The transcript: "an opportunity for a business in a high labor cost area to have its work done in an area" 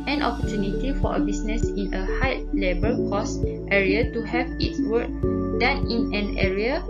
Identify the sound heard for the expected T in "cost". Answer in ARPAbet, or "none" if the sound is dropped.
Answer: T